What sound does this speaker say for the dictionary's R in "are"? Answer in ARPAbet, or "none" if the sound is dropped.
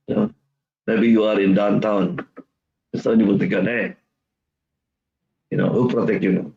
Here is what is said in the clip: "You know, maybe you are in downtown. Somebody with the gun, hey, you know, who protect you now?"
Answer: R